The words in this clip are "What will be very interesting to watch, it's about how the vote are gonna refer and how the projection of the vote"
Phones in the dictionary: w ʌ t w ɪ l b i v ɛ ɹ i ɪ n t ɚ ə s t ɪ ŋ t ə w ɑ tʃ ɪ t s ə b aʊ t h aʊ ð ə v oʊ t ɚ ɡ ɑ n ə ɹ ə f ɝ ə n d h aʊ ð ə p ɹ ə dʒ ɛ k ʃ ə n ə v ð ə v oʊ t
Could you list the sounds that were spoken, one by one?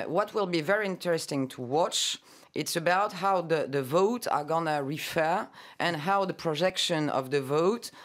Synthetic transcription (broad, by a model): w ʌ t w ɪ l b i v ɛ ɹ i ɪ n t ɚ ə s t ɪ ŋ t ə w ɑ tʃ ɪ t s ə b aʊ t h aʊ ð ə v oʊ t ɚ ɡ ɑ n ə ɹ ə f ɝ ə n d h aʊ ð ə p ɹ ə dʒ ɛ k ʃ ə n ə v ð ə v oʊ t